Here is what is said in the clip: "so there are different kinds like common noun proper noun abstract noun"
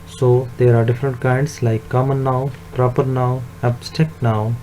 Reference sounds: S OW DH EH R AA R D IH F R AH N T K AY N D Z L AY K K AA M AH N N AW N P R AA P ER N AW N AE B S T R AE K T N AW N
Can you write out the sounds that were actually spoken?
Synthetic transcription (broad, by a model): S OW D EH R AA R D IH F R AH N T K AY N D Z L AY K K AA M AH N N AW P R AA P ER N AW AE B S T EH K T N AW